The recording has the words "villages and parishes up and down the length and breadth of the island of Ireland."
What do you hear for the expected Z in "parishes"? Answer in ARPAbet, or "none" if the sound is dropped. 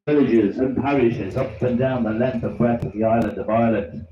Z